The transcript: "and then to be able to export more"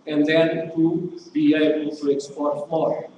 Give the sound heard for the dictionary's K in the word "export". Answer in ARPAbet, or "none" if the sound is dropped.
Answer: K